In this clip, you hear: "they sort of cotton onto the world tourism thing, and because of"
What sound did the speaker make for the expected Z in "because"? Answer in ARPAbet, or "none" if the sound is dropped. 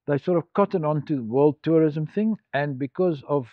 Z